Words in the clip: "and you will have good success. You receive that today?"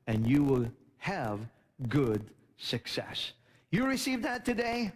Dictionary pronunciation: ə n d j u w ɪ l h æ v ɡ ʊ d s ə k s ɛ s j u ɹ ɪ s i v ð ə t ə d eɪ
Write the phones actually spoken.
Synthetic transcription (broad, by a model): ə n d j u w ɪ l h æ v ɡ ʊ d s ə k s ɛ s j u ɹ ɪ s i v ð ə t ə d eɪ